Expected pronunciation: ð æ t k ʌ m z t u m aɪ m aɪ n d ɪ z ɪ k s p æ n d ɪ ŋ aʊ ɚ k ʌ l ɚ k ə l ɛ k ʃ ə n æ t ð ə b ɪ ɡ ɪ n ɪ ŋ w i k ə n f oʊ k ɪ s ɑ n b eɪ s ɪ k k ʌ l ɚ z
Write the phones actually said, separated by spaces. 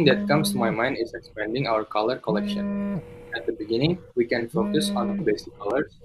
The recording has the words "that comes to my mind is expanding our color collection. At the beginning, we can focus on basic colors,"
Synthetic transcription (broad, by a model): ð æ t k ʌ m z t u m aɪ m aɪ n d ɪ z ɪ k s p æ n d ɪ ŋ aʊ ɚ k ʌ l ɚ k ə l ɛ k ʃ ə n æ t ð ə b ɪ ɡ ɪ n ɪ ŋ w i k ə n f oʊ k ɪ s ɑ n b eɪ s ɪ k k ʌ l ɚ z